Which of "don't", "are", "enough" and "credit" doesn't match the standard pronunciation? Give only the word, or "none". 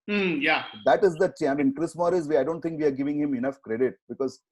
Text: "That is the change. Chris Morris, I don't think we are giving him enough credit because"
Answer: none